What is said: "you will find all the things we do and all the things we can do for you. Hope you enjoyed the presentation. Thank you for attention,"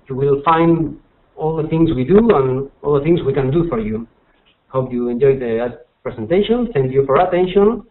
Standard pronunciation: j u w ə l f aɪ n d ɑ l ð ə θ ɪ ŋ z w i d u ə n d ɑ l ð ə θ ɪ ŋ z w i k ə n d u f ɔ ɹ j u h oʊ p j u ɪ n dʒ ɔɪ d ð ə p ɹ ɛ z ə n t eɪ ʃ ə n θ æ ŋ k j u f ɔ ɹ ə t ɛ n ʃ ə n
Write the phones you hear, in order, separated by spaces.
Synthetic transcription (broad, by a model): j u w ə l f aɪ n d ɑ l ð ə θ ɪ ŋ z w i d u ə n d ɑ l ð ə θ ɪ ŋ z w i k ə n d u f ɔ ɹ j u h oʊ p j u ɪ n dʒ ɔɪ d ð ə p ɹ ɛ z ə n t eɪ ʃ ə n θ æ ŋ k j u f ɔ ɹ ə t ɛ n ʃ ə n